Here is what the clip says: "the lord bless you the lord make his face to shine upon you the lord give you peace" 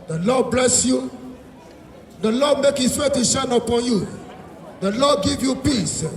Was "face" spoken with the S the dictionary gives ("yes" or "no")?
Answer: no